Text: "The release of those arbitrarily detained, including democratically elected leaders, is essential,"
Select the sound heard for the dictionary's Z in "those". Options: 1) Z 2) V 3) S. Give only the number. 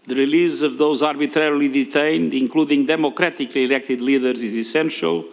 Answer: 1